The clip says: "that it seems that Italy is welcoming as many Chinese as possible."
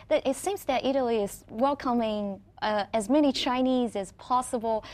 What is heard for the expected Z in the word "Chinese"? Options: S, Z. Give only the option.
Z